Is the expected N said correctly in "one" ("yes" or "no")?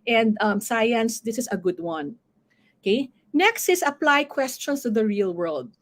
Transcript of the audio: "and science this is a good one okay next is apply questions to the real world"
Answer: yes